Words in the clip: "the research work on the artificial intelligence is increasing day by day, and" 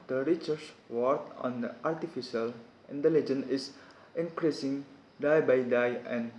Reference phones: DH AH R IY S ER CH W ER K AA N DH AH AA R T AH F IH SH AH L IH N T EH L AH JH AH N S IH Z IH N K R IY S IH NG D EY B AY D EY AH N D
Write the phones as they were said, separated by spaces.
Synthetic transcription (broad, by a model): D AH R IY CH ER S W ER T AA N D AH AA R T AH F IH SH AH L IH N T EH L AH JH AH N IH S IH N K R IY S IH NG D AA B AY D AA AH N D